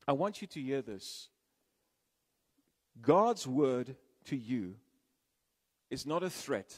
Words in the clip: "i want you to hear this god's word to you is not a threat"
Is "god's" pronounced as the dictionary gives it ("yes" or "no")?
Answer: yes